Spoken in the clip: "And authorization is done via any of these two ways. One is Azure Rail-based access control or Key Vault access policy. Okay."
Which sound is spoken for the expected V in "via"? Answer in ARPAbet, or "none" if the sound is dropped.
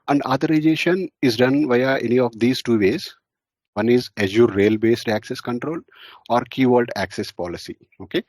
V